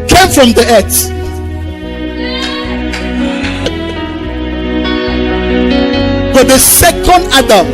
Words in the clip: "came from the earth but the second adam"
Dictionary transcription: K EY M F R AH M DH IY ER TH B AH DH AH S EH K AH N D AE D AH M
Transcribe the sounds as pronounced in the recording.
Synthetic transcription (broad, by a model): K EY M F R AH M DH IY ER S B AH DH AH S EH K AH N D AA D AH M